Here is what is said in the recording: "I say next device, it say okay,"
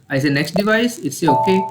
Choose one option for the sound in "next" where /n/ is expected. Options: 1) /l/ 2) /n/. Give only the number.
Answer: 2